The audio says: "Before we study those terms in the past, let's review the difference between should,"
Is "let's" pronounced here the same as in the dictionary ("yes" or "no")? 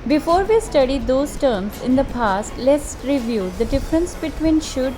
yes